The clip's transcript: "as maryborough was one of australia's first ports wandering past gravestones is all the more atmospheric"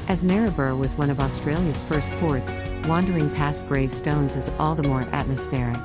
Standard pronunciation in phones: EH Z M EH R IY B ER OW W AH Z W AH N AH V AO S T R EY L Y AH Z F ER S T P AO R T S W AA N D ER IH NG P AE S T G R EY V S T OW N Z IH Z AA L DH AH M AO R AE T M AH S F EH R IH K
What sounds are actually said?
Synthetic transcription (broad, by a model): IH Z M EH R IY B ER W AH Z W AH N AH V AO S T R EY L Y AH Z F ER S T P AO R T S W AA N D ER IH NG P AE S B R EY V S T OW N Z IH Z AA L DH AH M AO R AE T M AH S F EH R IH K